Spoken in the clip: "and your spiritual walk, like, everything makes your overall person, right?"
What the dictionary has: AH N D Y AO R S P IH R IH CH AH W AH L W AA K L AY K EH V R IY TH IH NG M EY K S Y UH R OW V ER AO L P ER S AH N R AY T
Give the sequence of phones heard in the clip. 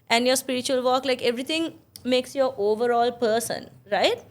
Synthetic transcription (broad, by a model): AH N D Y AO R S P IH R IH CH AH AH L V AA K L AY K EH V R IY T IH NG M EY K S Y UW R OW V ER AO L P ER S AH N R AY T